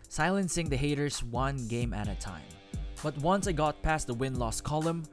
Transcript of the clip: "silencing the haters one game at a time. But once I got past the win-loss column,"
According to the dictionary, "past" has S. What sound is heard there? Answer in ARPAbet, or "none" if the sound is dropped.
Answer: S